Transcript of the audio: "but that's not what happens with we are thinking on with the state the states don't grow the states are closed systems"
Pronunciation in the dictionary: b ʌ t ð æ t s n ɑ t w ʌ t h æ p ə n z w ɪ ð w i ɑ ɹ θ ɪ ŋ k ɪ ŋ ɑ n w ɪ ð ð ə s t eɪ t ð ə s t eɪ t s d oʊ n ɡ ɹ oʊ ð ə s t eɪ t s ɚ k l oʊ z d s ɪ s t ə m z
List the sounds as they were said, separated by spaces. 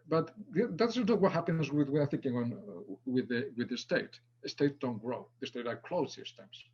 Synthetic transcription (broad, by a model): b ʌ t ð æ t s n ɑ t w ʌ t h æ p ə n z w ɪ ð w i ɑ ɹ θ ɪ ŋ k ɪ ŋ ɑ n w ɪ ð ð ə s t eɪ t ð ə s t eɪ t d oʊ n ɡ ɹ oʊ ð ə s t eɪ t ɚ k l oʊ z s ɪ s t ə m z